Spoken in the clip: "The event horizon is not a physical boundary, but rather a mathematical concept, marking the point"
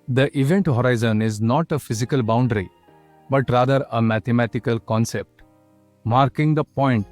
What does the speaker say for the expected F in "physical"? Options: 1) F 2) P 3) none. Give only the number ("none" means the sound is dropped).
1